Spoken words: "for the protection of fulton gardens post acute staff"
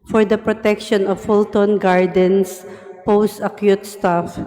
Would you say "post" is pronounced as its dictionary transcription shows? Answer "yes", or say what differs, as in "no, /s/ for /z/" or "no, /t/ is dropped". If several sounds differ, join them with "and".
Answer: yes